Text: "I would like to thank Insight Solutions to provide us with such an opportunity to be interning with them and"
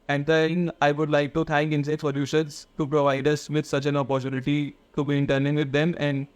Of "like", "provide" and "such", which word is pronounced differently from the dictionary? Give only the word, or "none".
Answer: none